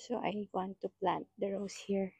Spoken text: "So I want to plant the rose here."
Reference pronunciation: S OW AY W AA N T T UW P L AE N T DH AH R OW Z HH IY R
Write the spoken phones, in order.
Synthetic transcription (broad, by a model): S OW AY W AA N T T UW P L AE N T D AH R OW S HH IY R